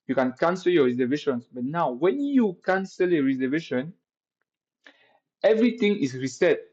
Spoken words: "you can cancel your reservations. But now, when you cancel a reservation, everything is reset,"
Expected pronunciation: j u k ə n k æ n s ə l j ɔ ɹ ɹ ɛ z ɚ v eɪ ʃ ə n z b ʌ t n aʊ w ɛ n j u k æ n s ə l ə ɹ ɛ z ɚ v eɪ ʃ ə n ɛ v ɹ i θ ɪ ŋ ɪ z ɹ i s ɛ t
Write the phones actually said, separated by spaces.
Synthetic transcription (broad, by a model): j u k ə n k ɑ n s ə l j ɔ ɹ ɹ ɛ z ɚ v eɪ ʃ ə n s b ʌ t n aʊ w ɛ n j u k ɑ n s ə l ə ɹ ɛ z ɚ v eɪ ʃ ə n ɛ v ɹ i t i ŋ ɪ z ɹ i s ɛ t